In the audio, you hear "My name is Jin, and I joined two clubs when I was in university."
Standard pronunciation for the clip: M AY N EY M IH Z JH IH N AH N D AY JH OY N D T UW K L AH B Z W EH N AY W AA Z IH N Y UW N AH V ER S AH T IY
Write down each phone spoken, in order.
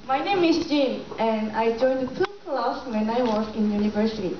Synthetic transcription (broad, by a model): M AY N EY M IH S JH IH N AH N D AY JH OY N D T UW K L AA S W EH N AY W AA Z IH N Y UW N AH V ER S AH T IY